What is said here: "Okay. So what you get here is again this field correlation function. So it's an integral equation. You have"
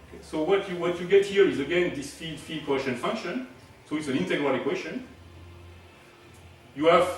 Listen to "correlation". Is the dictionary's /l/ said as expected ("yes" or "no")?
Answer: no